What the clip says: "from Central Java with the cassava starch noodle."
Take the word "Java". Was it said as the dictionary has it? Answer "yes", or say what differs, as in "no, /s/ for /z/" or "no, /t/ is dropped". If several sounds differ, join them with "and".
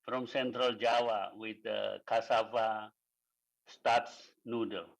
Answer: no, /w/ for /v/